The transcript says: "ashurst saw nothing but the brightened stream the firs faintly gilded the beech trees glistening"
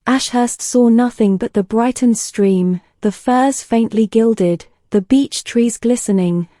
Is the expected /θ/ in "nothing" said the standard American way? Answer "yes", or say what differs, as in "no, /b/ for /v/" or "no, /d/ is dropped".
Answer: yes